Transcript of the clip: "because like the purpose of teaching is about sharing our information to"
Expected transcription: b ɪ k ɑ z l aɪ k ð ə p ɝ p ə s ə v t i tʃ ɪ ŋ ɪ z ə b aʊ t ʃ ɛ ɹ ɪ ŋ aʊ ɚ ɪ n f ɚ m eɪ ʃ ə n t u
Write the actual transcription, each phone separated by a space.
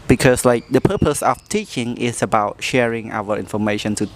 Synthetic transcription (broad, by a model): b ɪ k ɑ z l aɪ k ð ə p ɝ p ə s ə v t i tʃ ɪ ŋ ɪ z ə b aʊ t ʃ ɛ ɹ ɪ ŋ aʊ ɚ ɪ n f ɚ m eɪ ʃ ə n t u